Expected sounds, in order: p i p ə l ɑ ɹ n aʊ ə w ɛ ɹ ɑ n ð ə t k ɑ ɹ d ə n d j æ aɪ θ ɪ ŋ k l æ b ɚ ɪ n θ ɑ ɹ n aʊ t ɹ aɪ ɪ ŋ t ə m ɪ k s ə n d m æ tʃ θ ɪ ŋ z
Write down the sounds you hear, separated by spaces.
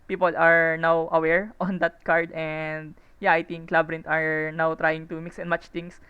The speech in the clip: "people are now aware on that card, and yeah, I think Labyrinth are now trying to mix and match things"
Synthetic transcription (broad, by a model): p i p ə l ɑ ɹ n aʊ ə w ɛ ɹ ɑ n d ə t k ɑ ɹ d ə n d j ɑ aɪ t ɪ ŋ k l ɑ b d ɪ n t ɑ ɹ n aʊ t ɹ aɪ ɪ ŋ t ə m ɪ k s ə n m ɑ tʃ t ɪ ŋ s